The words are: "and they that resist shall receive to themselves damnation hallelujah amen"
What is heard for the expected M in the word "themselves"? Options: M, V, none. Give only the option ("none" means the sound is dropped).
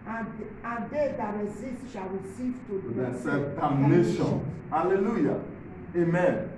none